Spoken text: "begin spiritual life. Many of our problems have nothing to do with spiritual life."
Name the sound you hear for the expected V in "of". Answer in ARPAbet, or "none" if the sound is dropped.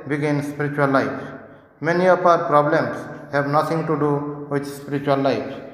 P